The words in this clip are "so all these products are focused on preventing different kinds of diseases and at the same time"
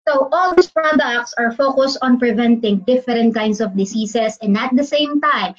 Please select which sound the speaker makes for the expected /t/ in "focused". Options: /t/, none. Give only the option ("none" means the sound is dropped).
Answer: /t/